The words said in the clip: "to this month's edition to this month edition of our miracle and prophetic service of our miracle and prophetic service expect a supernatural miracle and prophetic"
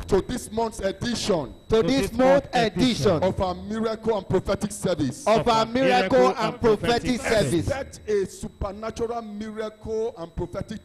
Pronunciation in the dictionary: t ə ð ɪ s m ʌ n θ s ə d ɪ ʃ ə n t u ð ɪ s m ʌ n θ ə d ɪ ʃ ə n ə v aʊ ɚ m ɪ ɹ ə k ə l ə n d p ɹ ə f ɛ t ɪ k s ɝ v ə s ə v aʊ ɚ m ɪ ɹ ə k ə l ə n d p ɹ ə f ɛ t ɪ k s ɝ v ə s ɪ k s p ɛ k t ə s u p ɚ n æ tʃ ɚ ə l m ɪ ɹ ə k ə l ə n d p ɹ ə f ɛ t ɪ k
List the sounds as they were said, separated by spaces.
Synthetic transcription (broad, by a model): t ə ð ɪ s m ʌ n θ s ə d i ʃ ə n t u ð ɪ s m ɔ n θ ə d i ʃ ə n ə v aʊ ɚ m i ɹ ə k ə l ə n p ɹ ə f ɛ t ɪ k s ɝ v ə s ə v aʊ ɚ m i ɹ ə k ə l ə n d p ɹ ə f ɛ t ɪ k s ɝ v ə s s ɛ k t ə s u p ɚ n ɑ tʃ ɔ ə l m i ɹ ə k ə l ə n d p ɹ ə f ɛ t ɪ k